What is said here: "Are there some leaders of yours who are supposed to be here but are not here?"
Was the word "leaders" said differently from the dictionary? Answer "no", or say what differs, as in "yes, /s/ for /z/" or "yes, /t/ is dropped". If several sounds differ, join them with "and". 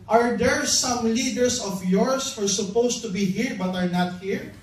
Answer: yes, /s/ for /z/